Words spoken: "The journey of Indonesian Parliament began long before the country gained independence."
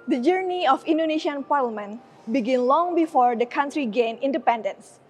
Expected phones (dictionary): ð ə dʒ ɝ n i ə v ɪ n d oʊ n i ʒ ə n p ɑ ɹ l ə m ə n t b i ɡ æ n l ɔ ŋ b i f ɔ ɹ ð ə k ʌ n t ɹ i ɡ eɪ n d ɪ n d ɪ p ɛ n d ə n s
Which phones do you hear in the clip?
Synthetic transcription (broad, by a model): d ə dʒ ɝ n i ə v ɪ n d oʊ n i ʃ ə n p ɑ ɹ l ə m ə n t b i ɡ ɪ n l ɔ ŋ b i f ɔ ɹ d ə k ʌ n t ɹ i ɡ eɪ n ɪ n d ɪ p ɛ n d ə n s